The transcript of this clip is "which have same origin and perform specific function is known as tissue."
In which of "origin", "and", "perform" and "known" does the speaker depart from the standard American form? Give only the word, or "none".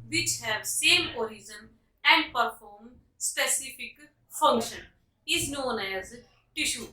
origin